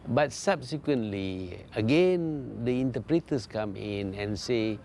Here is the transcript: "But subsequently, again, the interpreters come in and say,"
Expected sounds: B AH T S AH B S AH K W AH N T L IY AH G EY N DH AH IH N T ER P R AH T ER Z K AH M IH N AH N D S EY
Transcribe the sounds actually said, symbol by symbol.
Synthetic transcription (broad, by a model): B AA T S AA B S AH K W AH N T L IY AH G EY N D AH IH N T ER P R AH T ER S K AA M IH N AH N S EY